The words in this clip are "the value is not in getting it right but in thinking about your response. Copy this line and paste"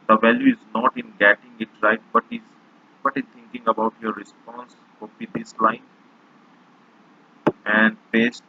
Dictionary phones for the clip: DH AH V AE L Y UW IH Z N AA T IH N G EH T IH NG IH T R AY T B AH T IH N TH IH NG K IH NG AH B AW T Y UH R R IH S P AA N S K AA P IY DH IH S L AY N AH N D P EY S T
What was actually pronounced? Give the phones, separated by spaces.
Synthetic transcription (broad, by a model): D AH V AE L Y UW IH Z N AA T IH N G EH T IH NG IH T R AY T B AH T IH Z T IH NG K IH NG AH B AW T Y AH R R IH S P AA N S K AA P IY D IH S L AY N AH N D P EY S T